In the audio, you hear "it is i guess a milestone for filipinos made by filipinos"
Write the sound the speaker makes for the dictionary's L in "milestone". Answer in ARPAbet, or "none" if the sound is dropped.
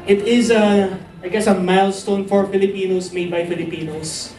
L